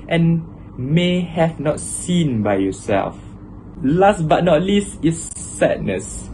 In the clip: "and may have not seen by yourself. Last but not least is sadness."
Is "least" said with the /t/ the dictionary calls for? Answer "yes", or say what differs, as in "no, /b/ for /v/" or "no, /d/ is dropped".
yes